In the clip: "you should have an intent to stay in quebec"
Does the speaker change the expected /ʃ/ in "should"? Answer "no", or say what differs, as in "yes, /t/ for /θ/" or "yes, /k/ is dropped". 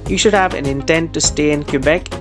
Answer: no